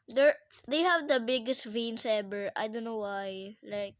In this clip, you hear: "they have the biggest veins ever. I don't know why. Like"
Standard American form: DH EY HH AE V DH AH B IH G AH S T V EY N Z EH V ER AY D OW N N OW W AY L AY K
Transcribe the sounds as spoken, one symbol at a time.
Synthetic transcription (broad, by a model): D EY HH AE V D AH B IH G AH S T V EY N S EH B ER AY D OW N N OW W AY L AY K